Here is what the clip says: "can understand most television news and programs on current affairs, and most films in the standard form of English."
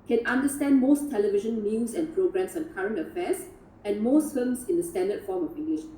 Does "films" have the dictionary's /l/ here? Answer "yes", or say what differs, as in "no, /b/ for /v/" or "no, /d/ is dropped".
no, /l/ is dropped